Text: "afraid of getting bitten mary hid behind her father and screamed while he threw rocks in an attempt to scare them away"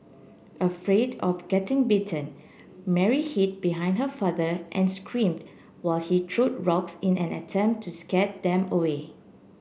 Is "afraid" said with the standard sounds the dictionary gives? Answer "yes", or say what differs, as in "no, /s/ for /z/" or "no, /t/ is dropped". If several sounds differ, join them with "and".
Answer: yes